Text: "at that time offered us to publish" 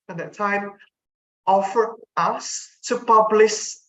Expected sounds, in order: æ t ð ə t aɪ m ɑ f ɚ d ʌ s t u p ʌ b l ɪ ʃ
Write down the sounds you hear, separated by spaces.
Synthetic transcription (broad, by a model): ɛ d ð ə t aɪ m ɑ f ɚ ʌ s t u p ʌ b l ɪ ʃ